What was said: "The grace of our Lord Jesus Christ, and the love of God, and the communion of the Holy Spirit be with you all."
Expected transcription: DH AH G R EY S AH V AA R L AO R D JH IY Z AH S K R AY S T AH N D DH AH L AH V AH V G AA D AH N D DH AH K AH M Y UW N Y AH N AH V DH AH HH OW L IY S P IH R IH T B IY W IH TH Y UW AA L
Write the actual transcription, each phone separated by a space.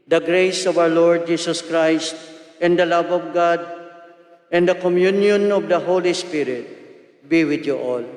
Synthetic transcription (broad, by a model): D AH G R EY S AH V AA W L AO R D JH IY S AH S K R AY S T AH N D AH L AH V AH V G AA D AH N D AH K AH M Y UW N Y AH N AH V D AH HH OW L IY S P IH R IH T B IY W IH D Y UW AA L